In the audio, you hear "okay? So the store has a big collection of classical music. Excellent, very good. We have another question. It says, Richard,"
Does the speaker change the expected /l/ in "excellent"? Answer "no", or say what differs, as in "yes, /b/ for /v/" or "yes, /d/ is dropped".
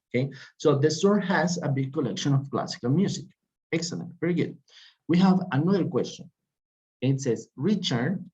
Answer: no